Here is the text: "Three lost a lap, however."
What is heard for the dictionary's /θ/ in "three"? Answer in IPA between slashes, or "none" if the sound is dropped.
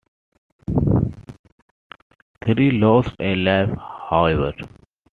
/t/